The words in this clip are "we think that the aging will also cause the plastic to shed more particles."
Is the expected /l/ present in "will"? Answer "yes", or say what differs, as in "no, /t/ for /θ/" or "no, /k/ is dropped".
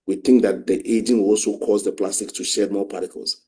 no, /n/ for /l/